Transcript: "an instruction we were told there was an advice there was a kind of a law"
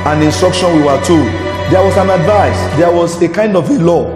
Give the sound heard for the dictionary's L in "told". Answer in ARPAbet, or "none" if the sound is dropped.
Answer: none